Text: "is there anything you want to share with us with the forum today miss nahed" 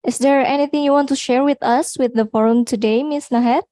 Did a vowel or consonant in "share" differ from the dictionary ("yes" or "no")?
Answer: no